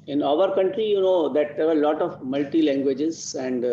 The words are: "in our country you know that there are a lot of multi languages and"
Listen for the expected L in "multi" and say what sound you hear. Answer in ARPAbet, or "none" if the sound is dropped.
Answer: L